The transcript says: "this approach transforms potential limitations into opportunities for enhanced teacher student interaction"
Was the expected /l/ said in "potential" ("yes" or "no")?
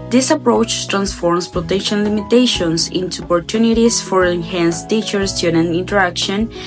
no